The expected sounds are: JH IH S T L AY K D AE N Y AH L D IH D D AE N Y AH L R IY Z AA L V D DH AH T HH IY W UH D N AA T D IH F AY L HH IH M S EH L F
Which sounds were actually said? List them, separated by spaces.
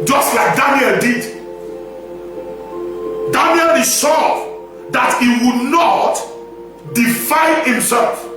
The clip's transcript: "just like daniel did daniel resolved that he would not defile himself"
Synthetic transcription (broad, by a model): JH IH S T L AY K D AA N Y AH L D IH D D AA N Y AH L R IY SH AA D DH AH T HH IY W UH D N AA T D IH F AY N HH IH M S EH L F